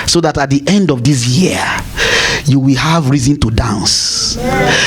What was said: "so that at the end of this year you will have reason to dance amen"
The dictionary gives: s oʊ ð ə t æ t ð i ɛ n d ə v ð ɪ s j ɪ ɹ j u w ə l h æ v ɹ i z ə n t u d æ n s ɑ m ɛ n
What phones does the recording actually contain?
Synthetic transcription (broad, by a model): s oʊ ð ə t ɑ t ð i ɛ n d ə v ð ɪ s j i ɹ j u w ə l h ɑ v ɹ i z ə n t u d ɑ n s